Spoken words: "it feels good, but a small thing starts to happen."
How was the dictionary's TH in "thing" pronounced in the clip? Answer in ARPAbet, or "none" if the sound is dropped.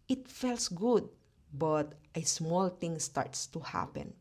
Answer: T